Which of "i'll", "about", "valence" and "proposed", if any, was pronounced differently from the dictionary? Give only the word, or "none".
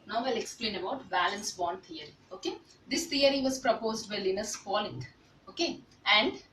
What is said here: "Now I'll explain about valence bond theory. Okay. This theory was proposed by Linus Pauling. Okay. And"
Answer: valence